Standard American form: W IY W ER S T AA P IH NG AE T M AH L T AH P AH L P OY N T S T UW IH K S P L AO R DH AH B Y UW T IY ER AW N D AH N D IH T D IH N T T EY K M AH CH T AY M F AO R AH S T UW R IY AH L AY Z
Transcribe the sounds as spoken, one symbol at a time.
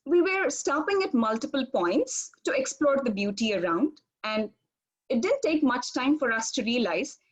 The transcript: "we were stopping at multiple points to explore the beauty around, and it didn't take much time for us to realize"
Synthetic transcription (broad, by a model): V IY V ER S T AA P IH NG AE T M AH L T AH P AH L P OY N T S T UW IH K S P L AO R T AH B Y UW T IY ER AW N D AH N D IH T D IH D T T EY K M AH CH T AY M F AO R AH S T UW R IY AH L AY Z